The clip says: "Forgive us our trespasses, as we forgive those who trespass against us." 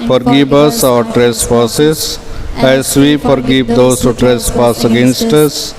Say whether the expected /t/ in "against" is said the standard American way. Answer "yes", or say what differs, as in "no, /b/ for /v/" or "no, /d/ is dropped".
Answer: yes